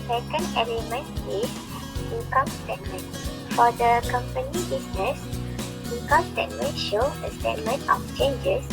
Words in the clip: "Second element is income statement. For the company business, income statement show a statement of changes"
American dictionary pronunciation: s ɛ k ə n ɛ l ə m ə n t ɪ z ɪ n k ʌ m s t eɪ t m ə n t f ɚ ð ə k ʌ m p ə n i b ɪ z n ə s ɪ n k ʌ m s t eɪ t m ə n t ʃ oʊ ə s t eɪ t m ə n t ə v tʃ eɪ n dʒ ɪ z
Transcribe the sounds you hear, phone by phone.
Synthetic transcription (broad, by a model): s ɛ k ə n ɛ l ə m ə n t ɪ s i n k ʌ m s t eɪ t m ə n f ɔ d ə k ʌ m p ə n i b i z n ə s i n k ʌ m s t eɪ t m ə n ʃ oʊ ə s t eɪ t m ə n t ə f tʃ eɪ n dʒ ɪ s